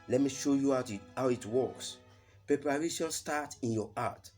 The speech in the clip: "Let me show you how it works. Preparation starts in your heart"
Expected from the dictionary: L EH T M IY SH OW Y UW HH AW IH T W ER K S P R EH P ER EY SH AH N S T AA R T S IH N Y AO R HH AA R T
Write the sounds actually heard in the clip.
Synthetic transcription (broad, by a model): L EH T M IY SH OW Y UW HH AW IH T W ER K S P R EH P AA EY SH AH L S T AA T IH N Y AO AA T